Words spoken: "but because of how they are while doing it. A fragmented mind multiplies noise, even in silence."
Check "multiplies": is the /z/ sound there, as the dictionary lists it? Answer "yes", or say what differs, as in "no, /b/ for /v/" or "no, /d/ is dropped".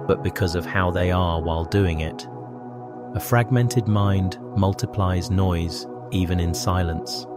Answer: yes